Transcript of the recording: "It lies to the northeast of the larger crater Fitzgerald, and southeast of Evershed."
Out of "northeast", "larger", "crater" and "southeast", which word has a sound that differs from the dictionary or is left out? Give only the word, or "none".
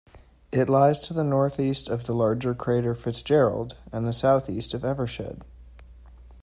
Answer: none